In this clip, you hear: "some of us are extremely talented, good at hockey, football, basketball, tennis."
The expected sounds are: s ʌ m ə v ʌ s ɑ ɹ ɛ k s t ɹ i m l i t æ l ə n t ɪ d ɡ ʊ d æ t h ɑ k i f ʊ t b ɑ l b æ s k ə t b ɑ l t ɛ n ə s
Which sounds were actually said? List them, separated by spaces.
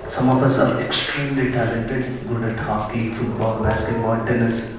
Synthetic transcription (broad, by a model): s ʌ m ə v ʌ s ɑ ɹ ɛ k s t ɹ i m l i t æ l ə n t ɪ d ɡ ʊ d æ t h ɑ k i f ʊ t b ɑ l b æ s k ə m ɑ n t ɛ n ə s